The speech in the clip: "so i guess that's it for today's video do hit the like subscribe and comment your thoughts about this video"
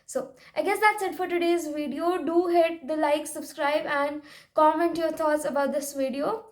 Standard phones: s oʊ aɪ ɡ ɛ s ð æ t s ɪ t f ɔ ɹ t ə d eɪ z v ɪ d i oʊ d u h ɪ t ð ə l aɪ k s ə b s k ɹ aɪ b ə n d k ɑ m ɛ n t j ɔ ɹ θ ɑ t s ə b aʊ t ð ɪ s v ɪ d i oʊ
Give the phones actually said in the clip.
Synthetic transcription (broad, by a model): s oʊ aɪ ɡ ɛ s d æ t s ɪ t f ɔ ɹ t ə d eɪ z v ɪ d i oʊ d u h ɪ t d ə l aɪ k s ə b s k ɹ aɪ b ə n d k ɑ m ɛ n t j ɔ ɹ t ɑ t s ə b aʊ t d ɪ s v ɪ d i oʊ